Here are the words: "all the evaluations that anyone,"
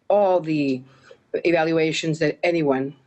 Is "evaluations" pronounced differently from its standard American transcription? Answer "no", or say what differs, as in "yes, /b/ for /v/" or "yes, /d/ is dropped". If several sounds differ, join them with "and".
no